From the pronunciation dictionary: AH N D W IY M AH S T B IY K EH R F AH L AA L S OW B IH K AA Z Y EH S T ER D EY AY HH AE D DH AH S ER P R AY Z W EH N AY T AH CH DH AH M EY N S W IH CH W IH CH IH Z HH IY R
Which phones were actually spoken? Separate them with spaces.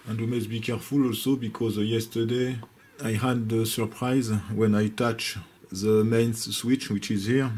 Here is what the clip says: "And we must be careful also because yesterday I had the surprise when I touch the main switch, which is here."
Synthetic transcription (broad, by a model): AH N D W IY M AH S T B IY K EH R F AH L AA L S OW B IH K AA Z Y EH S T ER D EY AY HH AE D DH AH S ER P R AY Z W EH N AY T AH CH DH AH M EY N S W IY CH W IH CH IH Z HH IY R